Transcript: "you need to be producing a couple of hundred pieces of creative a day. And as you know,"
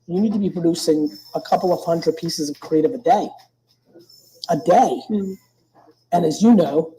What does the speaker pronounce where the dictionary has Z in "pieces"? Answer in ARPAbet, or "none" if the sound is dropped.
Z